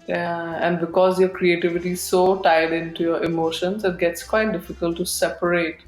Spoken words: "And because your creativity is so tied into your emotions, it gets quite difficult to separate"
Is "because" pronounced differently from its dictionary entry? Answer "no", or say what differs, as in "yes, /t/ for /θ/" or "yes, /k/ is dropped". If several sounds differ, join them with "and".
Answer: no